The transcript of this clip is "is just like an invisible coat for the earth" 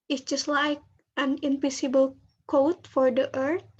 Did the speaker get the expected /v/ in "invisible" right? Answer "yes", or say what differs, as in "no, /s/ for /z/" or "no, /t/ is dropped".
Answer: no, /p/ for /v/